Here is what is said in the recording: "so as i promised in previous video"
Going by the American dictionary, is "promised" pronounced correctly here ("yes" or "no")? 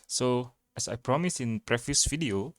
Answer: no